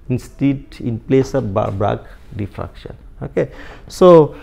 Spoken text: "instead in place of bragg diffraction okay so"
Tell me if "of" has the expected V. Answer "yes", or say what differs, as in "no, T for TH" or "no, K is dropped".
no, B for V